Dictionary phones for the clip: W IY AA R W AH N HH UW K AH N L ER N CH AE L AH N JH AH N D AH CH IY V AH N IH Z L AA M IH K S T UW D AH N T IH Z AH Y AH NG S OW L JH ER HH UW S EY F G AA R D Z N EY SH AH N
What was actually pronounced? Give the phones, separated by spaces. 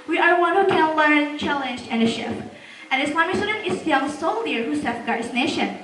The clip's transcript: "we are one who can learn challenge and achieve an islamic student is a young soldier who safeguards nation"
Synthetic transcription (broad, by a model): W IY AA R W AH N HH UW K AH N L ER N CH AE L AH N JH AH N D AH SH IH P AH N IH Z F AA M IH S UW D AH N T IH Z AH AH S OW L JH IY HH UW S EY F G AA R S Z N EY SH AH N